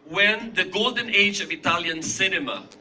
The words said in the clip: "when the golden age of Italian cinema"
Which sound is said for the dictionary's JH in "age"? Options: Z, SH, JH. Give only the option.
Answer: JH